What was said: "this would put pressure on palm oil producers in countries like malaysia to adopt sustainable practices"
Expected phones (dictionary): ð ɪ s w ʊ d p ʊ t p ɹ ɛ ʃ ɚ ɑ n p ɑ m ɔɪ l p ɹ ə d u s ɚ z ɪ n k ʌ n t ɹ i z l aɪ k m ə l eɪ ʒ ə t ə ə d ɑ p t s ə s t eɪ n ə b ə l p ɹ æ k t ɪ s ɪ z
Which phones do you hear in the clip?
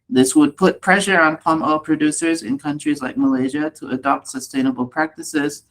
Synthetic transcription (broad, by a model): ð ɪ s w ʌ d p ʊ t p ɹ ɛ ʃ ɚ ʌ n p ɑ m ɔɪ l p ɹ ə d u s ɚ z ɪ n k ʌ n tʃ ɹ i z l aɪ k m ə l eɪ ʒ ə t ə ə d ɑ p t s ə s t eɪ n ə b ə l p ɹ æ k t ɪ s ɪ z